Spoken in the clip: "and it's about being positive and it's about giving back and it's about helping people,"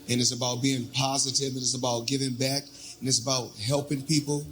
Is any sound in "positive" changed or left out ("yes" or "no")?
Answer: no